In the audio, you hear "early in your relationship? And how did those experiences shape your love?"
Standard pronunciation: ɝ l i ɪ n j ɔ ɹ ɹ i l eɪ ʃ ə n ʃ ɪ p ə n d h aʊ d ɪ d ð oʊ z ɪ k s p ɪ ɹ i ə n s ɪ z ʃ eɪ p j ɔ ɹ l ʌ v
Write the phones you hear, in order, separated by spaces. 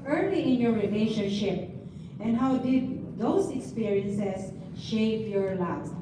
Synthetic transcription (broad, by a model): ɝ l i ɪ n j ɔ ɹ ɹ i l eɪ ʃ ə n ʃ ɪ p ə n d h aʊ d ɪ d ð oʊ s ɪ k s p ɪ ɹ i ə n s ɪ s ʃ eɪ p j ɔ ɹ l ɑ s